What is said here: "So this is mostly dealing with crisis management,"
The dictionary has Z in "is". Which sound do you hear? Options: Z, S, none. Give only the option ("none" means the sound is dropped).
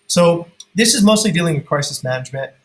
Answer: Z